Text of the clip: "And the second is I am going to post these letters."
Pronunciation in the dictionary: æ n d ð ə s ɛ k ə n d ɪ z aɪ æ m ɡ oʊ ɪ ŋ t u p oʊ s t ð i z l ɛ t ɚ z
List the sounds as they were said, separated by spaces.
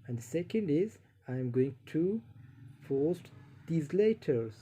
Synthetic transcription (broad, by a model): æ n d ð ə s ɛ k ə n d ɪ z aɪ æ m ɡ oʊ ɪ ŋ t u f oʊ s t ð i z l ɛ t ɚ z